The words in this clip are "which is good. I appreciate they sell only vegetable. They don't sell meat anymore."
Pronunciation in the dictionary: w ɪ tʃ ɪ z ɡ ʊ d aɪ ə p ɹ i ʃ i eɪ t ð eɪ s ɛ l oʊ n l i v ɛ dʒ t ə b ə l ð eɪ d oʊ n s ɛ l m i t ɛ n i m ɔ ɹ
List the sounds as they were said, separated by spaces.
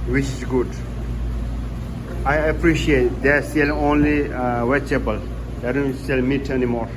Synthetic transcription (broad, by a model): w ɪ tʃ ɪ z ɡ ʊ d aɪ ə p ɹ i ʃ i eɪ t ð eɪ s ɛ l oʊ n l i w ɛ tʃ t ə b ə l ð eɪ d oʊ n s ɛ l m i t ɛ n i m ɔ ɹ